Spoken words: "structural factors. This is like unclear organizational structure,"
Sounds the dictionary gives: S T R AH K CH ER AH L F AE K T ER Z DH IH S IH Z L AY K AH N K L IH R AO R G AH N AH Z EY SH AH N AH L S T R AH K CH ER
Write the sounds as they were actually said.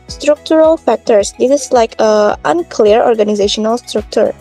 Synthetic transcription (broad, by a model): S T R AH K CH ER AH L F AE K T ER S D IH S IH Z L AY K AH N K L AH R AO R G AH N AH Z EY SH AH N AH L S T R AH K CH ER